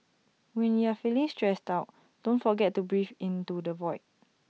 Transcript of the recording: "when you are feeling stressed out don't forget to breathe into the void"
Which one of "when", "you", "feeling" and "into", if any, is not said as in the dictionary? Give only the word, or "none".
none